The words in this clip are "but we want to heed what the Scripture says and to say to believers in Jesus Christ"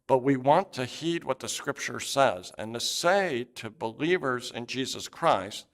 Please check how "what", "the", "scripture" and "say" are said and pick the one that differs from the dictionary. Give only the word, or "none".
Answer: none